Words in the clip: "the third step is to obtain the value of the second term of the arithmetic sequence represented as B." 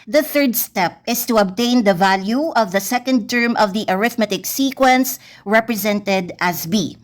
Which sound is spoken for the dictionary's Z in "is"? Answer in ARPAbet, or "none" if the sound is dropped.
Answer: S